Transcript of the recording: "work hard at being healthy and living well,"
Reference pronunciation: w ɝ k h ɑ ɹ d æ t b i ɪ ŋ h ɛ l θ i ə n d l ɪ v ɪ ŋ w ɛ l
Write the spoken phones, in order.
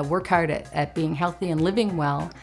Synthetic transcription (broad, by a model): w ɝ k h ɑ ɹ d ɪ t b i ɪ ŋ h ɛ l θ i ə n l ɪ v ɪ ŋ w ɛ l